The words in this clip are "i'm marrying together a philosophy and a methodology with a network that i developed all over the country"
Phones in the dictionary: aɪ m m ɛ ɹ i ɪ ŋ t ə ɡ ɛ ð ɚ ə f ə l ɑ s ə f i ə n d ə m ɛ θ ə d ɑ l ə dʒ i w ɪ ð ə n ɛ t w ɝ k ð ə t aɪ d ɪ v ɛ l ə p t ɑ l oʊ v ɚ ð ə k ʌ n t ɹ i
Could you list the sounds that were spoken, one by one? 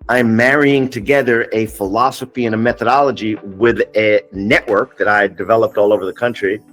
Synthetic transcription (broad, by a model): aɪ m m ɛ ɹ i ɪ ŋ t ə ɡ ɛ ð ɚ ə f ə l ɑ s ə f i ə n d ə m ɛ θ ə d ɑ l ə dʒ i w ɪ ð ə n ɛ t w ɝ k ð ə t aɪ d ɪ v ɛ l ə p t ɑ l oʊ v ɚ ð ə k ʌ n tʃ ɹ i